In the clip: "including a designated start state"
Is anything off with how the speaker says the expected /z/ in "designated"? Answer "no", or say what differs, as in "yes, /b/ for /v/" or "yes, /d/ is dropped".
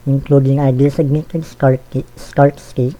yes, /s/ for /z/